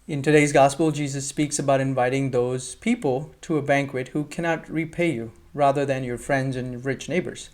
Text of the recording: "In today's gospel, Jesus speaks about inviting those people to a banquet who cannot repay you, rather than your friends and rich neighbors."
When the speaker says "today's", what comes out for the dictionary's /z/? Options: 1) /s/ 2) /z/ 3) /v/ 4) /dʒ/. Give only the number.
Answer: 2